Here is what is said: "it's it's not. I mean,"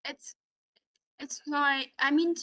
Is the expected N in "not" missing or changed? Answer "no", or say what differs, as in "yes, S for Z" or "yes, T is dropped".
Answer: yes, L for N